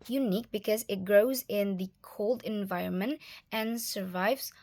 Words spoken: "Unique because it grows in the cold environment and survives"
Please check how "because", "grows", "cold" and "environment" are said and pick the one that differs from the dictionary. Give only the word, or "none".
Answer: none